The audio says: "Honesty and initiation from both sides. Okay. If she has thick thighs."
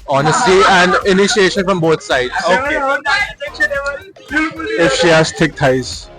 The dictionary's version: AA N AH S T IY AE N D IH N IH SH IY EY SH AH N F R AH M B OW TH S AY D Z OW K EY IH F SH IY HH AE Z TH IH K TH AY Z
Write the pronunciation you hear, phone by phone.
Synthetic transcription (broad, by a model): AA N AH S T IY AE N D IH N IH SH IY EY SH AH N F R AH M B OW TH S AY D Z OW K EY IH F SH IY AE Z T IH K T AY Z